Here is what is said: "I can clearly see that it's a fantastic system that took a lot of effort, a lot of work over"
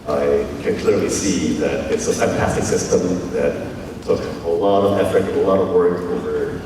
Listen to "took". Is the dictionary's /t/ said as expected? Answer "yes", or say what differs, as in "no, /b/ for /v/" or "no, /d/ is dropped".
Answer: no, /s/ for /t/